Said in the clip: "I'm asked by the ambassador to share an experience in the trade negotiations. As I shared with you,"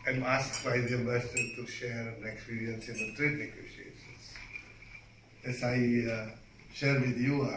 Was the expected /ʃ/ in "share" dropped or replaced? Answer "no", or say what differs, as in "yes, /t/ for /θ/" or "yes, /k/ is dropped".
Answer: no